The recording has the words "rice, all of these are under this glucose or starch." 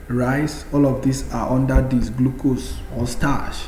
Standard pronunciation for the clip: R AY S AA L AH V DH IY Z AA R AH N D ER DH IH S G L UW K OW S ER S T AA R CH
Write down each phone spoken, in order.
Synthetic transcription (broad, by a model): R AY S AA L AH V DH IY S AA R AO N D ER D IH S G L UW K OW S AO S T AA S